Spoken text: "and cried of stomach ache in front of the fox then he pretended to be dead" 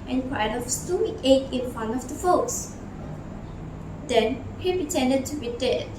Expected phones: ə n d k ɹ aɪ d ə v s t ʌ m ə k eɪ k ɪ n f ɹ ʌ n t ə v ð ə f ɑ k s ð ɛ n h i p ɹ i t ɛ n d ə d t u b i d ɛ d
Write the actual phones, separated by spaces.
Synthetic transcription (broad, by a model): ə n k w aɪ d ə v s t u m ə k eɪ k ɪ n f ʌ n ə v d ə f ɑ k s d ɛ n h i p ɹ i t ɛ n d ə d t u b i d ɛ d